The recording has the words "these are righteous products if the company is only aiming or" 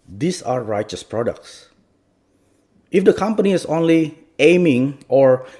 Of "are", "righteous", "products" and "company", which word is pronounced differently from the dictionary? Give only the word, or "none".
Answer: none